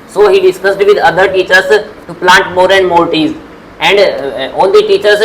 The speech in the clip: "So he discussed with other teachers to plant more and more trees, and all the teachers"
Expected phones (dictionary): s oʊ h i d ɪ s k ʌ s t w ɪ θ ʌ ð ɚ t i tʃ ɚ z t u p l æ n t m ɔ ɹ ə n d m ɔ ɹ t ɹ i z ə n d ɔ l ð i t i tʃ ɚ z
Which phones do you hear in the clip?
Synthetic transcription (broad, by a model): s oʊ h i d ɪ s k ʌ s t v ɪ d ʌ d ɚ t i tʃ ɚ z t u p l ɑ n t m ɔ ɹ ə n d m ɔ l t i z ə n d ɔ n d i t i tʃ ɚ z